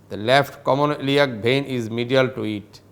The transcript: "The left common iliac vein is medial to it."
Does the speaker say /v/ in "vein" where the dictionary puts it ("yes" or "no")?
no